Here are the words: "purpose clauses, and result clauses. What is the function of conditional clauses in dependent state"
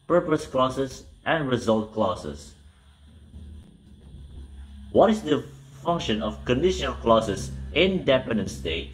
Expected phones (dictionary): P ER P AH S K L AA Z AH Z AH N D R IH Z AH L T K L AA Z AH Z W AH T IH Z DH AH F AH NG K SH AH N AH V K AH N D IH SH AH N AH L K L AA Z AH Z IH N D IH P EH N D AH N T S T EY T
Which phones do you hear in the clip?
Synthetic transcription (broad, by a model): P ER P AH S K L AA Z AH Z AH N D R IH Z AH L T K L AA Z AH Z W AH T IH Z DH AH F AH NG K SH AH N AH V K AH N D IH SH AH N AH L K L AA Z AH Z IH N D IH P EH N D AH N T S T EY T